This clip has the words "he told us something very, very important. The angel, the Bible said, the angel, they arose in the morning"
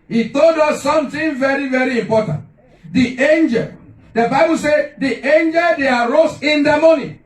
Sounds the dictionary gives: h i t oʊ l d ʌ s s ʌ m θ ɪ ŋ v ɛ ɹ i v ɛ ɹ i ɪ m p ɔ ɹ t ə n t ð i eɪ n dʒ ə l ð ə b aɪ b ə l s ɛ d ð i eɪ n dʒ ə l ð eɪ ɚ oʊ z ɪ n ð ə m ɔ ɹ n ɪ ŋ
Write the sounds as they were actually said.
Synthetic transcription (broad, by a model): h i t oʊ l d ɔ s s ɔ m t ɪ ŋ v ɛ ɹ i v ɛ ɹ i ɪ m p ɔ t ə n t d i eɪ n dʒ ə l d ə b aɪ b ə l s ɛ d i eɪ n dʒ ə l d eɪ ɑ oʊ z ɪ n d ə m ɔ n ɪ